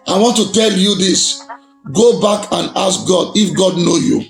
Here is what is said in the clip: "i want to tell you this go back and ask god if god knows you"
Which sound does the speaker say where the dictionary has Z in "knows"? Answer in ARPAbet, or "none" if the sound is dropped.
none